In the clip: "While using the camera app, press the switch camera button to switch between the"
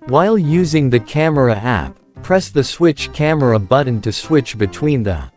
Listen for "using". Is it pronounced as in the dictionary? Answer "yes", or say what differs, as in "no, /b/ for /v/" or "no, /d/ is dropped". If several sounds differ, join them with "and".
yes